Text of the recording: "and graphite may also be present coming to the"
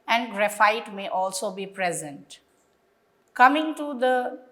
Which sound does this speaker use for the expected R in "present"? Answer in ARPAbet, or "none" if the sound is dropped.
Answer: R